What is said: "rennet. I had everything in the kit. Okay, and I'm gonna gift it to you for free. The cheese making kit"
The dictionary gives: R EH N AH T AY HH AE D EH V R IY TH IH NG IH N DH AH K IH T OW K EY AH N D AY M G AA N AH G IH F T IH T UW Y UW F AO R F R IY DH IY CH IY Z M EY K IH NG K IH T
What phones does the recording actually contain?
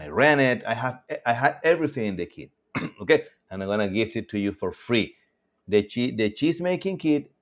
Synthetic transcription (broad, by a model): R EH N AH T AY HH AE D EH V R IY TH IH NG IH N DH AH K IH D OW K EY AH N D AY M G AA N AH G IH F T IH T UW Y UW F AO R F R IY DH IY CH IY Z M EY K IH NG K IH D